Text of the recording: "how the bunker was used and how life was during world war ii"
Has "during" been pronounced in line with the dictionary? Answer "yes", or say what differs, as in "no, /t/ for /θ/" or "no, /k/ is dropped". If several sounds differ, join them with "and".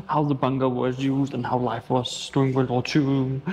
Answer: no, /ɹ/ is dropped